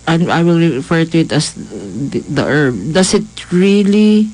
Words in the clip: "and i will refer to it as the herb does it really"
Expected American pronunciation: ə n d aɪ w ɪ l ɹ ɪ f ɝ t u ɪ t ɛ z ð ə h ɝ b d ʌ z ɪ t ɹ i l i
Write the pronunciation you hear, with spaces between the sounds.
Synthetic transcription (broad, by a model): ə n aɪ w ɪ l ɹ ɪ f ɝ t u ɪ t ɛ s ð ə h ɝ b d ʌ s ɪ t ɹ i l i